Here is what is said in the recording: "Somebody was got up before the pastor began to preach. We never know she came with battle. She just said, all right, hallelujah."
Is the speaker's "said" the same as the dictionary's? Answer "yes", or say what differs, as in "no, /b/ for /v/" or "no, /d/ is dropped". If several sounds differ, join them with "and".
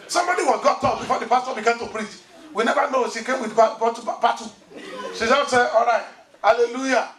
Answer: no, /d/ is dropped